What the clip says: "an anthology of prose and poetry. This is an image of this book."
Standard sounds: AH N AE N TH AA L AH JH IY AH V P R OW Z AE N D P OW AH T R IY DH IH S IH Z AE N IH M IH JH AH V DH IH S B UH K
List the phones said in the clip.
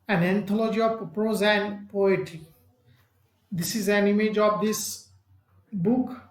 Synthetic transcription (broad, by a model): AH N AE N T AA L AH JH IY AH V P R OW Z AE N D P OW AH T IY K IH S IH Z AE N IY M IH JH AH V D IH S B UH K